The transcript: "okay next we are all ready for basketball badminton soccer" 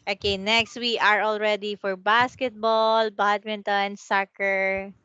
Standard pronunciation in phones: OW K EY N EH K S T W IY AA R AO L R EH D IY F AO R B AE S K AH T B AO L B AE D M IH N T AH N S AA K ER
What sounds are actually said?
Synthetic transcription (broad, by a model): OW K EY N EH K S T W IY AA R AO L R EH D IY F AO R B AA S K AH T B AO L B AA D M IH N T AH N S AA K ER